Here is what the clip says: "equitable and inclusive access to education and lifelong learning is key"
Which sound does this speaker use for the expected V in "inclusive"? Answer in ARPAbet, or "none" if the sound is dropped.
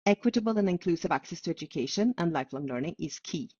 V